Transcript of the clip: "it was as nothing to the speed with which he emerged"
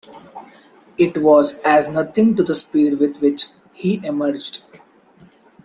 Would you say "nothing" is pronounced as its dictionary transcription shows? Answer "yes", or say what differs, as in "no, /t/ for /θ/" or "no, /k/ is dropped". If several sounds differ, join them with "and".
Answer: no, /t/ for /θ/